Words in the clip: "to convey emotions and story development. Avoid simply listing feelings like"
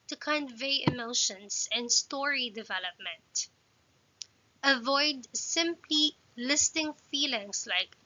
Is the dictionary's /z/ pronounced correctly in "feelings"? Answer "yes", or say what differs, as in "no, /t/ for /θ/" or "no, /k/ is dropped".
no, /s/ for /z/